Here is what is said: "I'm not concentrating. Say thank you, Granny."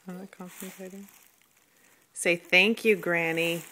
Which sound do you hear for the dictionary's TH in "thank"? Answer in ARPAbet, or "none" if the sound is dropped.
TH